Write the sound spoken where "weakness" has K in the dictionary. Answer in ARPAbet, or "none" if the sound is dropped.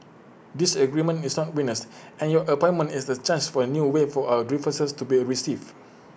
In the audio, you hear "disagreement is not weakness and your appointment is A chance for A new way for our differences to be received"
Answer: none